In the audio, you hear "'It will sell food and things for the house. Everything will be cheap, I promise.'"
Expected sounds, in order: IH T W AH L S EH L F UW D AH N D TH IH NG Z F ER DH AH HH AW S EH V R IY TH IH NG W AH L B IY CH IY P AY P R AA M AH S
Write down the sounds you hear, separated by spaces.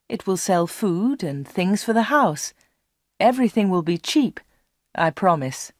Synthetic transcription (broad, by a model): IH T W AH L S EH L F UW D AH N TH IH NG Z F ER DH AH HH AW S EH V R IY TH IH NG W AH L B IY CH IY P AY P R AA M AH S